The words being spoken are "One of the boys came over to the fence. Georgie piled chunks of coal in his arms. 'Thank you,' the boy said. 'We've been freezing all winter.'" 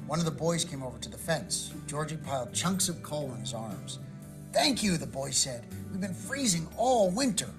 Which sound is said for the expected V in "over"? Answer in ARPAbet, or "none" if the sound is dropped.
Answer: V